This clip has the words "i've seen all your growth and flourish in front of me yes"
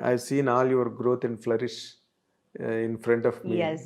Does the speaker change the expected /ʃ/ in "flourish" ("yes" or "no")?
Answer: no